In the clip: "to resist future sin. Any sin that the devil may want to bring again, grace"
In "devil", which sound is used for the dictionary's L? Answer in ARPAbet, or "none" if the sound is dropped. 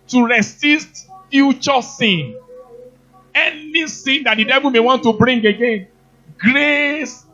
L